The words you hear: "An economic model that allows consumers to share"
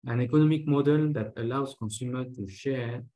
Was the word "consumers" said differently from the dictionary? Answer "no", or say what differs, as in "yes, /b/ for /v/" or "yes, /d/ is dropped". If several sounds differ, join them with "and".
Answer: yes, /z/ is dropped